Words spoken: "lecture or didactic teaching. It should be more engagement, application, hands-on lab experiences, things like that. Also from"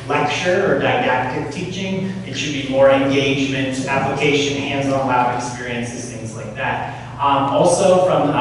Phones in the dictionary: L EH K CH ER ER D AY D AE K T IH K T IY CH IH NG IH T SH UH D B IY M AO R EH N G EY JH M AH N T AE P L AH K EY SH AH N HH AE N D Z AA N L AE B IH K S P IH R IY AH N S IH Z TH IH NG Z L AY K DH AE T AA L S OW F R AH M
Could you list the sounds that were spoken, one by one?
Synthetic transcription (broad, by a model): L EH K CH ER ER D AY D AE K T IH K T IY CH IH NG IH T SH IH D B IY M AO R EH N G EY JH M AH N T AE P L AH K EY SH AH N HH AE N D Z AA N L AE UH IH K S P IH R IY AH N S IH Z TH IH NG Z L AY K DH AE T AA L S OW F R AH M